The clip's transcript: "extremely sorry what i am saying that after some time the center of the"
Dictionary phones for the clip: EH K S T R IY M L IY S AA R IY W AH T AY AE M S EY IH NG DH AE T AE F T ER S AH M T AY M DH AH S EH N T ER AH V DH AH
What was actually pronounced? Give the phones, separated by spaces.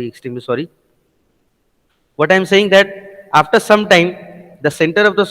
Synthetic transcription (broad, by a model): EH K S T R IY M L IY S AA R IY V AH T AY M S EY IH NG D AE T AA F T ER S AH M T AY M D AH S EH N T ER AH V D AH